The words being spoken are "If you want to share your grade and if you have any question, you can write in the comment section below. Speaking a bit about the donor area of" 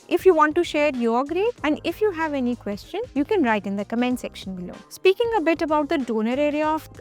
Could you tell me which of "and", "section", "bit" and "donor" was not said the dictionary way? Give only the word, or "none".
none